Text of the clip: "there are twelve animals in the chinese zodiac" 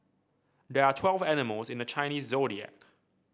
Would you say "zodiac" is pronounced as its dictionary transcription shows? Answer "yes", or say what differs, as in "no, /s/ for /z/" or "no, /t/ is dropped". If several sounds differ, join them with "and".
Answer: yes